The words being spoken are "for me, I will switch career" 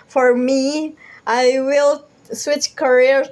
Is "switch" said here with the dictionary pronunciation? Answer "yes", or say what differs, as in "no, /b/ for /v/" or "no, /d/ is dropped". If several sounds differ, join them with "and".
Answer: yes